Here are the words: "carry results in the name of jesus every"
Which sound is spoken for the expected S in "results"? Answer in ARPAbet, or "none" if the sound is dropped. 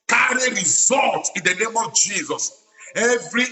none